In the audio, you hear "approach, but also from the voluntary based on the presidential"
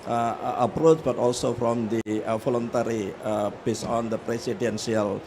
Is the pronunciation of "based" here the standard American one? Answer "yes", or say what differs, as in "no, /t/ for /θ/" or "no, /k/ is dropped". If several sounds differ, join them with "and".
no, /t/ is dropped